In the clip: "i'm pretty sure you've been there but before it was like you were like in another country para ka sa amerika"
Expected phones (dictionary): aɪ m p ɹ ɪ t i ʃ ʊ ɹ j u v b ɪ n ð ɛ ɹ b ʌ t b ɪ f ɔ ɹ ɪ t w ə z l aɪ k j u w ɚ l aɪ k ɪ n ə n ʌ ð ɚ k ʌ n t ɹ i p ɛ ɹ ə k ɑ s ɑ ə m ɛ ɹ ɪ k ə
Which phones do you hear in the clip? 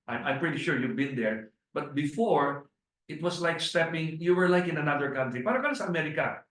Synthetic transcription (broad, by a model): aɪ m p ɹ ɪ t i ʃ ʊ ɹ j u v b ɪ n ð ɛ ɹ b ʌ t b ɪ f ɔ ɹ ɪ t w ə s l aɪ k j u w ɚ l aɪ k ɪ n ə n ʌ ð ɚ k ʌ n t ɹ i p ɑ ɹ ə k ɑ s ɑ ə m ɛ ɹ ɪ k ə